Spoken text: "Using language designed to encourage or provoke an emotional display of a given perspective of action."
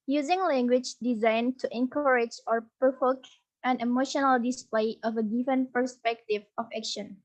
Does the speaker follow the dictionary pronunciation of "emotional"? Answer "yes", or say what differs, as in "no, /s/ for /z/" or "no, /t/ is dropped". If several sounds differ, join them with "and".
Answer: yes